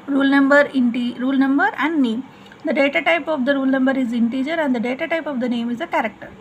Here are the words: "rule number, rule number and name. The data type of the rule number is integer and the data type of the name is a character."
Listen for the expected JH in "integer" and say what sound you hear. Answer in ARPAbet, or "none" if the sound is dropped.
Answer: JH